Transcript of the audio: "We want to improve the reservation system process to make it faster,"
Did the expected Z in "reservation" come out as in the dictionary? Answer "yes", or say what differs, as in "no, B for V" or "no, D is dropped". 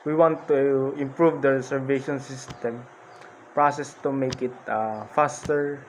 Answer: no, S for Z